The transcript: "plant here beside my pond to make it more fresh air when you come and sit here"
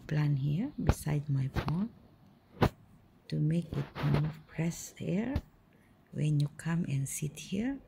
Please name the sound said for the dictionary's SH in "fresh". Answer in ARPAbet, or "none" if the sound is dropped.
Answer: S